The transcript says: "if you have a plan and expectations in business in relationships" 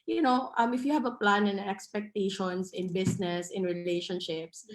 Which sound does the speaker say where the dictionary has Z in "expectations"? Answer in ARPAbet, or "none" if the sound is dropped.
S